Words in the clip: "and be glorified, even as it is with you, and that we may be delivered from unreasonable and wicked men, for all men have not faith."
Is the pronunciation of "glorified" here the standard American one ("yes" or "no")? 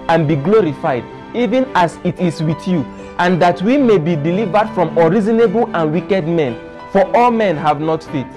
yes